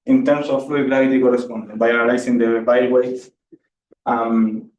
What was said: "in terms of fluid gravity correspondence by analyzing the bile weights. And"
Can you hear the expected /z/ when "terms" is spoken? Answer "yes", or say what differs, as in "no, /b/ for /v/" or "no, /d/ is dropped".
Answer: no, /s/ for /z/